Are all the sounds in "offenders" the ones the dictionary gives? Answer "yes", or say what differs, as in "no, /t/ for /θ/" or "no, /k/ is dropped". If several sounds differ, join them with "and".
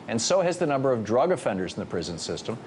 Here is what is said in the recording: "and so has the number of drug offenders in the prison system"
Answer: yes